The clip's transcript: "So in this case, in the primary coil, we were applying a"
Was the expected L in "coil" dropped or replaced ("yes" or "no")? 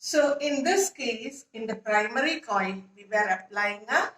yes